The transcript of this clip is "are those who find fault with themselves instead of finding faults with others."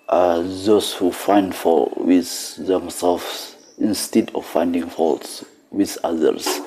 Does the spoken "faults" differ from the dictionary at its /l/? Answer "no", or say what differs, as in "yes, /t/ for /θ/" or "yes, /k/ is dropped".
no